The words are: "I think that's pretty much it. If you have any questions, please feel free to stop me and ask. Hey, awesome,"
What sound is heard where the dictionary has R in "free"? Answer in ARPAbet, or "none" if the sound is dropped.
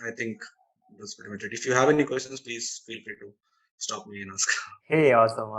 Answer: none